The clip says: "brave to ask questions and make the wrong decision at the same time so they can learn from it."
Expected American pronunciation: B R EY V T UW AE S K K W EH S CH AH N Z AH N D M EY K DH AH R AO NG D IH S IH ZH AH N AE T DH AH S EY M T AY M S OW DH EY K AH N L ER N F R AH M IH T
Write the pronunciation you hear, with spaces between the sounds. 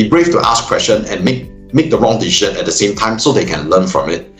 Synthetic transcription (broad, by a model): B R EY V T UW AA S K K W EH S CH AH N AH N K M EY K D AH R AO NG D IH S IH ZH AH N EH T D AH S EY M T AY M S OW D EY K AH N L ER N F R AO M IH T